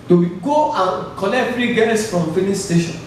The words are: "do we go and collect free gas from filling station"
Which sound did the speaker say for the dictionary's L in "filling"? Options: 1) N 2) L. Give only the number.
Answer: 1